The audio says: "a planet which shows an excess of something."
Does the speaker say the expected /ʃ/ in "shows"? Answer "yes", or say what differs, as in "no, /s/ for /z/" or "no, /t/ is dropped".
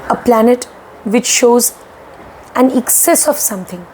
yes